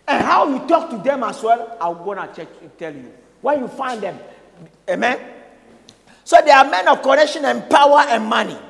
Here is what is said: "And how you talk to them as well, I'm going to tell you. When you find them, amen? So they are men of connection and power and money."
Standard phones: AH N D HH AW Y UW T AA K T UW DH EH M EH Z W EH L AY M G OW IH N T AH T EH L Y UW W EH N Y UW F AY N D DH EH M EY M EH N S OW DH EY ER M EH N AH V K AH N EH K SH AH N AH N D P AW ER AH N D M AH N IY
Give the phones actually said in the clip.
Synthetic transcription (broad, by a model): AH N HH AW Y UW T AA K T UW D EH M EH S W EH L AY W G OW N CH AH T EH L Y UW W EH N Y UW F AY N D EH M EY M EH N S OW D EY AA M EH N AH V K AH N EH K SH AH N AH N P AW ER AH N M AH N IY